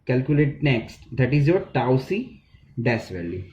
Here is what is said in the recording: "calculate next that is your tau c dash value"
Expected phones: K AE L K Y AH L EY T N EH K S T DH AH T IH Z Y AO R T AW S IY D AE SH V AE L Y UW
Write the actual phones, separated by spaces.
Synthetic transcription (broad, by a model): K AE L K Y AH L EY T N EH K S T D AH T IH Z Y AO R T AW S IY D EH S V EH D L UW